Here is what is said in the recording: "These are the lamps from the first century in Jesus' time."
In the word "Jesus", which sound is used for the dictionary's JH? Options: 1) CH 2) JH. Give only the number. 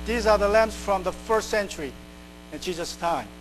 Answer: 1